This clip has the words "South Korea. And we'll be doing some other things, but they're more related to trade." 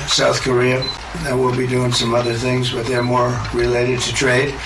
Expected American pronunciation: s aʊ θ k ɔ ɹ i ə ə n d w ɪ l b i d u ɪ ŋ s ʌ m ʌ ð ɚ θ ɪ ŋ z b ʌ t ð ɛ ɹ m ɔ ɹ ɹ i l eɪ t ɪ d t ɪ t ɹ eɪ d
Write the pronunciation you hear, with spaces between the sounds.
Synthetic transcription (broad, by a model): s aʊ θ k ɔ ɹ i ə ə w ɪ l b i d u ɪ ŋ s ʌ m ʌ ð ɚ θ ɪ ŋ z b ʌ t ð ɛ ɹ m ɔ ɹ ɹ i l eɪ t ɪ d t ɪ t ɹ eɪ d